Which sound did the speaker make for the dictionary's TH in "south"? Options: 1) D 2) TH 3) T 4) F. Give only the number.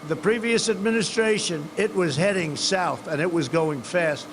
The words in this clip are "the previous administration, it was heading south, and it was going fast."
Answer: 2